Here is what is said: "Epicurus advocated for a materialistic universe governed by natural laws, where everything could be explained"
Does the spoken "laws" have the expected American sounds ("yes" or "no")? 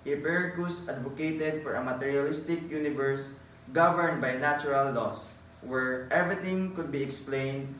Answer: no